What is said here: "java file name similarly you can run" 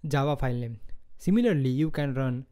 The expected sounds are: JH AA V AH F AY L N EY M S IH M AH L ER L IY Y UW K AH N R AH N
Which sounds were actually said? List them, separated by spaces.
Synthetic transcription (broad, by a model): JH AA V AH P AY L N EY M S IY M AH L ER L IY Y UW K AH N R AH N